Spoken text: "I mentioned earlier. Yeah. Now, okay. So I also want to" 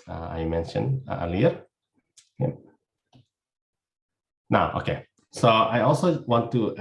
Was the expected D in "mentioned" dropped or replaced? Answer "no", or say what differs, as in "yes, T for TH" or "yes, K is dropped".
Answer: yes, D is dropped